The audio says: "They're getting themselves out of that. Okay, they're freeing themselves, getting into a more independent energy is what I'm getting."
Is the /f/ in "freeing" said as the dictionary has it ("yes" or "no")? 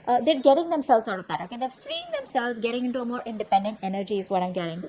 yes